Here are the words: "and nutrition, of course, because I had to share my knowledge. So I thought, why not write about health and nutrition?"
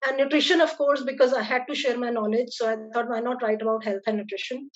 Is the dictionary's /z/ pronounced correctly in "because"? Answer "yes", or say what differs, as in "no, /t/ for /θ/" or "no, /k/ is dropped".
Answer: yes